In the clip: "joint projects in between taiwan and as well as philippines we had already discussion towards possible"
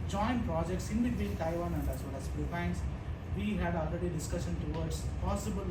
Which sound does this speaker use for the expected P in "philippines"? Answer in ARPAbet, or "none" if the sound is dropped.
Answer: none